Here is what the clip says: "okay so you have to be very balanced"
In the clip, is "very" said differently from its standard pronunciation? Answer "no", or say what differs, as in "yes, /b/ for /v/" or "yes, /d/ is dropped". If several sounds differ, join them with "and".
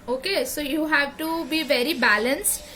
no